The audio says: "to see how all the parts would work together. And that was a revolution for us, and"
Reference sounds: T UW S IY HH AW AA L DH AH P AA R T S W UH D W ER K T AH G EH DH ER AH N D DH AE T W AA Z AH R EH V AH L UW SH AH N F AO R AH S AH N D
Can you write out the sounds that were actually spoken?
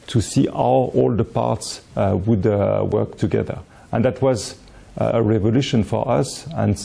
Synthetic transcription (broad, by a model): T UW S IY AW AA L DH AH P AA R T S W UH D W ER K T AH G EH DH ER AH N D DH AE T W AA Z AH R EH V AH L UW SH AH N F AO R AH S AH N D